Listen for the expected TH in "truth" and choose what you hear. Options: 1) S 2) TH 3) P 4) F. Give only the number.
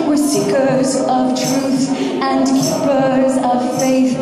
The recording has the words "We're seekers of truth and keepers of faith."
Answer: 2